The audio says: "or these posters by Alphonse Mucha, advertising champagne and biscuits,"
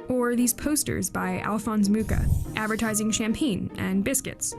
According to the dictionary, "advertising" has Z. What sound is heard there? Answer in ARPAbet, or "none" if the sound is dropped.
Z